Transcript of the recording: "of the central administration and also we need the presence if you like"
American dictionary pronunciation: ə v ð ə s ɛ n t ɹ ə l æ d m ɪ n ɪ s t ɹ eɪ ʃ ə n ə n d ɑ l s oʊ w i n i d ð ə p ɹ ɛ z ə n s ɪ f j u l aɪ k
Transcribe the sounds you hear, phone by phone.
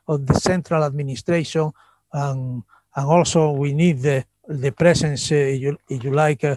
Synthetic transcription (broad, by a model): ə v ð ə s ɛ n t ɹ ə l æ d m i n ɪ s t ɹ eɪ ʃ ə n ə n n ɑ l s oʊ w i n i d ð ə p ɹ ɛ s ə n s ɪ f j u l aɪ k